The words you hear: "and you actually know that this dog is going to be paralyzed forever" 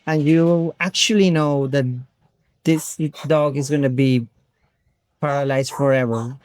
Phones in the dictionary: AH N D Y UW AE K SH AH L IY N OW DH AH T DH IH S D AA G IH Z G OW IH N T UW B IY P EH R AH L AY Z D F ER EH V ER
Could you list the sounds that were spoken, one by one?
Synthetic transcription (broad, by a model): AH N Y UW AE K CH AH L IY N OW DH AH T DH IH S D AA G IH Z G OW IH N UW B IY P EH R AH L AY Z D F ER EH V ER